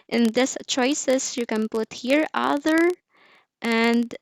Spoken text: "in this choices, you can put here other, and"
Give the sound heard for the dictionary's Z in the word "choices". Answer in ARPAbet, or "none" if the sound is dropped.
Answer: S